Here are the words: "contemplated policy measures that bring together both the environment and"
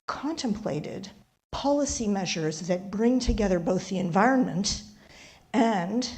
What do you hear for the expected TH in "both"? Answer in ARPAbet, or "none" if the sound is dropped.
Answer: TH